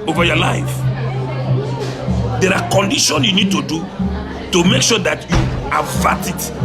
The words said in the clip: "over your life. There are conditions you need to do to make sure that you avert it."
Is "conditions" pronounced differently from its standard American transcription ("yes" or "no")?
yes